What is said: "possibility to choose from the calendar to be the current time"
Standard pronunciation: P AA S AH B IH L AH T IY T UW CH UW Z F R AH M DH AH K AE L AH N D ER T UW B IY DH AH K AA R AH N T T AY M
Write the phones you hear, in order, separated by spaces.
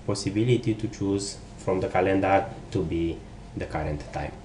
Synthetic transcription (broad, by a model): P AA S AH B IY L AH T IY T UW CH UW Z F R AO M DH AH K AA L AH N D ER T UW B IY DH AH K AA R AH N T T AY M